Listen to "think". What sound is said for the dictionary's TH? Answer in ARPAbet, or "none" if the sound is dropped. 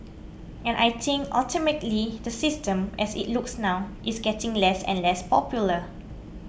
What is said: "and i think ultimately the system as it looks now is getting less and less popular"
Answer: T